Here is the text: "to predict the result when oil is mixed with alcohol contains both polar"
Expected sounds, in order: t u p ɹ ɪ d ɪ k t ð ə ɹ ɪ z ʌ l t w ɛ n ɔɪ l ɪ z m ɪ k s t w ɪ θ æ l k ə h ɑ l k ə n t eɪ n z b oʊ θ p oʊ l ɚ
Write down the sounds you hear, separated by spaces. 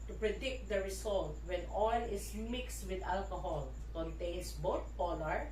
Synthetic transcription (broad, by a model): t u p ɹ ɪ d ɪ k t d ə ɹ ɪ s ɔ l t w ɛ n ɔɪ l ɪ s m ɪ k s t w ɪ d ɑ l k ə h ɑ l k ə n t eɪ n s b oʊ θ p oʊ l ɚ